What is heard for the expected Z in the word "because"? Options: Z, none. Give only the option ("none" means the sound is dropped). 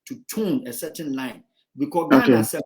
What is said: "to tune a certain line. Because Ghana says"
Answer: none